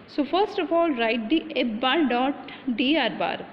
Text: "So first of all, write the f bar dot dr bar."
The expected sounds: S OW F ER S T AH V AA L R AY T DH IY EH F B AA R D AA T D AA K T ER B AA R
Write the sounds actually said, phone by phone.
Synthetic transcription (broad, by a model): S OW F ER S T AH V AA L R AY T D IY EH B B AA R D AA T D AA T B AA R